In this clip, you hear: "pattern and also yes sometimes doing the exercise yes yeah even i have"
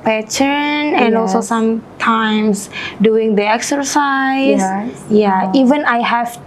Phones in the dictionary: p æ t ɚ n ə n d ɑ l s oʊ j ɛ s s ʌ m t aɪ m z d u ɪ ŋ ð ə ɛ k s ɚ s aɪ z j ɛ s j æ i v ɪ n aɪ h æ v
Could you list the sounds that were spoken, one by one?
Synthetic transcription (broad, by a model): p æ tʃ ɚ n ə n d ɑ l s oʊ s s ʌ m t aɪ m s d u ɪ ŋ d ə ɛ k s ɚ s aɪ j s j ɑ i v ɪ n aɪ h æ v